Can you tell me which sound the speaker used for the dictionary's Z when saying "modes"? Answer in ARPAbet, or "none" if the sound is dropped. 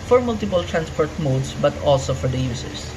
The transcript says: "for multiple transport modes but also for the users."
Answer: S